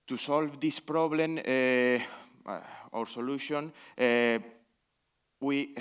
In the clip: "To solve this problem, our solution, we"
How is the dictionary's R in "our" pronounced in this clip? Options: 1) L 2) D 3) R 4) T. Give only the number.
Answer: 3